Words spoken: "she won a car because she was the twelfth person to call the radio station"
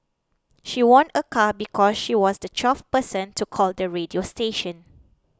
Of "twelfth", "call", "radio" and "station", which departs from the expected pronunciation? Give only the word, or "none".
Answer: twelfth